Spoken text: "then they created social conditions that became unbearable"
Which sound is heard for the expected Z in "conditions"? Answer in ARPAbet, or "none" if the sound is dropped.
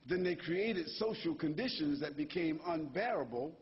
Z